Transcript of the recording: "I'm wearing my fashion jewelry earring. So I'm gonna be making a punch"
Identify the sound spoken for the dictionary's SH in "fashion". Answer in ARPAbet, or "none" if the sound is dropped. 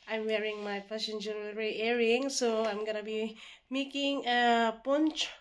S